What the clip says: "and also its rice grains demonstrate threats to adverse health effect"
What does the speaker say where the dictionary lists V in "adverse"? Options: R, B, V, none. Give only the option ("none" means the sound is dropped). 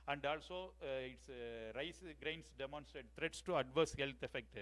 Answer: V